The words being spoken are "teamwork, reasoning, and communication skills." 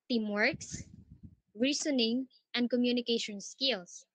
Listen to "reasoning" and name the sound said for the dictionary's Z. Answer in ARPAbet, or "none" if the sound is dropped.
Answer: S